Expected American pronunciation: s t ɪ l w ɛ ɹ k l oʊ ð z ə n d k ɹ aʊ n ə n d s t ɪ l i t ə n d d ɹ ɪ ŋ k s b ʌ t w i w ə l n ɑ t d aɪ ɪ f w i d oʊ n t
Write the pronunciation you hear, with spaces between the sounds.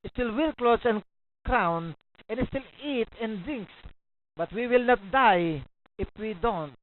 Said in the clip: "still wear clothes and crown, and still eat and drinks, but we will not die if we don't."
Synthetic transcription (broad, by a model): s t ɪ l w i l k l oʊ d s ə n k ɹ aʊ n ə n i s t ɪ l i t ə n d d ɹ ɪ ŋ k s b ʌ t w i w ə l n ɑ t d aɪ ɪ f w i d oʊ n t